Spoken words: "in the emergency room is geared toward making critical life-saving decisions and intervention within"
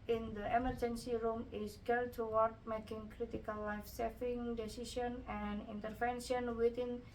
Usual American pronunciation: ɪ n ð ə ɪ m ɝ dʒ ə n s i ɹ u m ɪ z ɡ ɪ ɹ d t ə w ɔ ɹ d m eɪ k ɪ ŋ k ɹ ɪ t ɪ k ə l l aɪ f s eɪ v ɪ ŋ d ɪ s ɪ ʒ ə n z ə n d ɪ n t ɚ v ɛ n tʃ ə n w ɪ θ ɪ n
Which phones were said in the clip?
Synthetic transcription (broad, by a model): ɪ n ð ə ɪ m ɝ dʒ ə n s i ɹ u m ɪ s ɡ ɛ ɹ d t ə w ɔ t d m eɪ k ɪ ŋ k ɹ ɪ t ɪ k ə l l aɪ f s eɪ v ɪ ŋ d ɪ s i s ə n ə n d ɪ n t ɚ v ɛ n ʃ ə n w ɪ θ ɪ n